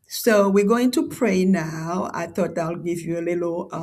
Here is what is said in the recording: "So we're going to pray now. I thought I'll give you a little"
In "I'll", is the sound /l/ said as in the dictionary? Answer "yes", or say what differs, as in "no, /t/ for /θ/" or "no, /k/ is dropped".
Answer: yes